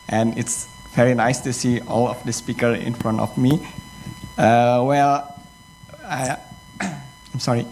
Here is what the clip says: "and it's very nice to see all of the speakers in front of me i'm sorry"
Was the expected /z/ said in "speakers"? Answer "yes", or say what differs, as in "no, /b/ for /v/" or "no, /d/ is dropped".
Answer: no, /z/ is dropped